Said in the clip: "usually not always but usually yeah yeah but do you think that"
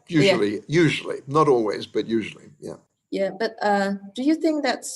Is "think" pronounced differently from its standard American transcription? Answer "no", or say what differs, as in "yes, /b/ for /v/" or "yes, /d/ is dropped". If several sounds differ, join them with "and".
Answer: no